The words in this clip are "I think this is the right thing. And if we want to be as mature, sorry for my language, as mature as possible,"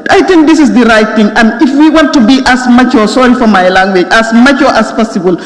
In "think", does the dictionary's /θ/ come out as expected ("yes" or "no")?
no